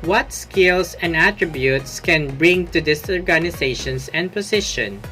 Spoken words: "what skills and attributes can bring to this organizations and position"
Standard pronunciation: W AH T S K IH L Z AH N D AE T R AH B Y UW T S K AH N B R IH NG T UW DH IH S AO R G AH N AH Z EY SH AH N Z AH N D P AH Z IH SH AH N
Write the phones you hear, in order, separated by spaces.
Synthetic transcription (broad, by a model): W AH T S K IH L S AH N D AE T R AH B Y UW T S K AH N B R IH NG T UW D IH S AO R G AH N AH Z EY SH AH N S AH N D P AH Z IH SH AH N